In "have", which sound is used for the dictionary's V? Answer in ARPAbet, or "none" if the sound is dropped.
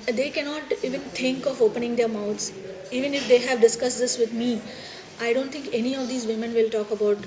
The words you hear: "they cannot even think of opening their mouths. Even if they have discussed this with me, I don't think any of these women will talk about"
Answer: V